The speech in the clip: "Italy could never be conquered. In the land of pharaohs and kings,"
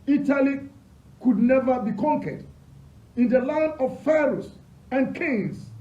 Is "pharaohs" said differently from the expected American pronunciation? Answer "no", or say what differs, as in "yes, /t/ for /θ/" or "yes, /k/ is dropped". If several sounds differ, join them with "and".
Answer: yes, /s/ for /z/